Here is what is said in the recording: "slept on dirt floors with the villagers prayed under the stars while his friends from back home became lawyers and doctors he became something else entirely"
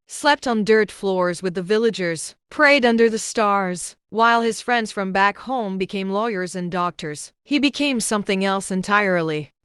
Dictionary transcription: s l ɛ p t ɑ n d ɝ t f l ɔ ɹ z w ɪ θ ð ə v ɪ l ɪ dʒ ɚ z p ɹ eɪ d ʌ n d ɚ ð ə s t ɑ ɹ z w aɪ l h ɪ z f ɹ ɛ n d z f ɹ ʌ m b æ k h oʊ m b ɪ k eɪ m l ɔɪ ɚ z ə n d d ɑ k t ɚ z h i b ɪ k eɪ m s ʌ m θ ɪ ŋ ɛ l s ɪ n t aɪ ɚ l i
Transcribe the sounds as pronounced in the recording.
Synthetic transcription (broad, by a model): s l ɛ p t n d ɝ t f l ɔ ɹ z w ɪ ð ə v ɪ l ɪ dʒ ɚ z p ɹ eɪ d ʌ n d ɚ ð ə s t ɑ ɹ z w aɪ l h ɪ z f ɹ ɛ n d z f ɹ ʌ m b æ k h oʊ m b ɪ k eɪ m l ɔɪ ɚ z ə n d d ɑ k t ɚ z h i b ɪ k eɪ m s ʌ m θ ɪ ŋ ɛ l s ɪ n t aɪ ɚ l i